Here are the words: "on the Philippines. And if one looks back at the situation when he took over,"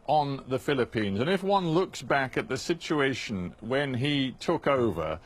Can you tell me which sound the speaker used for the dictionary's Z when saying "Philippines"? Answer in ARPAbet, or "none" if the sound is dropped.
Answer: Z